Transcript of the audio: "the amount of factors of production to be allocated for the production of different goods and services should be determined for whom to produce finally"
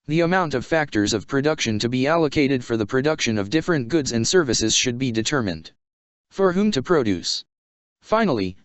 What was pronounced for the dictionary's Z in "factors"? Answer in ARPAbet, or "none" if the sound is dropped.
Z